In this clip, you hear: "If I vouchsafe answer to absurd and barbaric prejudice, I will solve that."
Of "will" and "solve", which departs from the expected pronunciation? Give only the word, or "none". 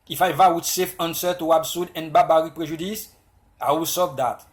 solve